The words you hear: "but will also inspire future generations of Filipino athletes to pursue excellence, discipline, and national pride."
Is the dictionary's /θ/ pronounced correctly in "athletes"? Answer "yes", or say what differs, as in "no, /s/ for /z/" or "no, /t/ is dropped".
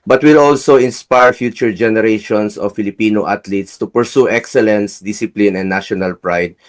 no, /t/ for /θ/